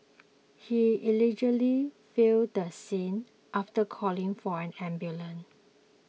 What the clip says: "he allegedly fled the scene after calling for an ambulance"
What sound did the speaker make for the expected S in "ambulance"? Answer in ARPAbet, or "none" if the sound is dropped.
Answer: none